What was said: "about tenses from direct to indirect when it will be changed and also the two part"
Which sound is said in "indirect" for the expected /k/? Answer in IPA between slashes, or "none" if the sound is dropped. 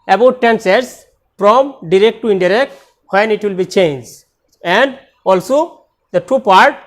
/k/